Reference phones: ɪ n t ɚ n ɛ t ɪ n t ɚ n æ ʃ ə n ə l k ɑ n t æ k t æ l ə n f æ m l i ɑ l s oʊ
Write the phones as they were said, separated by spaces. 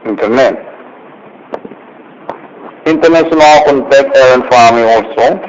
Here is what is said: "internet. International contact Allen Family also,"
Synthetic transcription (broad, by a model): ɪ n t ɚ n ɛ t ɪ n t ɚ n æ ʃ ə n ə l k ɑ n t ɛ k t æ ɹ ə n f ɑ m i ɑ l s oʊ